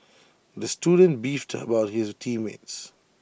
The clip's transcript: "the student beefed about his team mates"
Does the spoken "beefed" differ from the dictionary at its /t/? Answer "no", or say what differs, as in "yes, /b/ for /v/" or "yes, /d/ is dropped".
no